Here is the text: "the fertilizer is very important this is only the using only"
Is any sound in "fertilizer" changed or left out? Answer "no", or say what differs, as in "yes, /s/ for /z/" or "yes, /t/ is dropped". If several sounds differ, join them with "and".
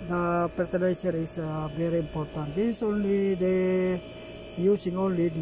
yes, /p/ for /f/ and /s/ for /z/